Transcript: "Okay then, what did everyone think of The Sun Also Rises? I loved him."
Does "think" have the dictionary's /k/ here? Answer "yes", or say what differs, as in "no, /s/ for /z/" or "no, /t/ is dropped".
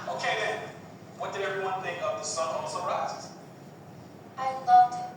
no, /k/ is dropped